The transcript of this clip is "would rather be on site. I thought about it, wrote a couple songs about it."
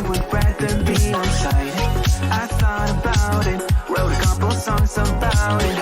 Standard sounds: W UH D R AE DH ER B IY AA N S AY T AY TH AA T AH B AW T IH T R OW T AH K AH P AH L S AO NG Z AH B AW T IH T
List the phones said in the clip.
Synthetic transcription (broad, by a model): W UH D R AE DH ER B IY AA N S AY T AY S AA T AH B AW T IH T W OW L AH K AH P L S AO NG Z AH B AW T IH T